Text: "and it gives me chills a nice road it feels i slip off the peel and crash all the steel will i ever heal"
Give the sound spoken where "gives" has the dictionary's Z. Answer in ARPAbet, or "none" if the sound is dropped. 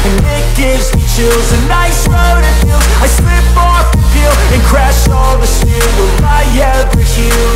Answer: Z